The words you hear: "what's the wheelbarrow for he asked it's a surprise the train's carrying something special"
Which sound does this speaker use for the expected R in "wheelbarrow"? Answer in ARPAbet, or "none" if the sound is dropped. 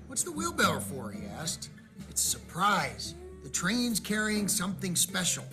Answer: L